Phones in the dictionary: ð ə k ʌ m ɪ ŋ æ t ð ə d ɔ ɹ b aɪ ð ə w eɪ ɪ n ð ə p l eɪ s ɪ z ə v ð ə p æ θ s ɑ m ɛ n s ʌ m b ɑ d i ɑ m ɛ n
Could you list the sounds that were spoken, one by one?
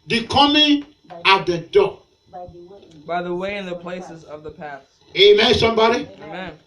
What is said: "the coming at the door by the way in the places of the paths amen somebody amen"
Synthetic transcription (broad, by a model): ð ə k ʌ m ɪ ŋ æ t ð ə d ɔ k b aɪ ð ə w eɪ ɪ n ð ə p l eɪ s ɪ z ə v ð ə p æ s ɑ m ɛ s ʌ m b ɑ d i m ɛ n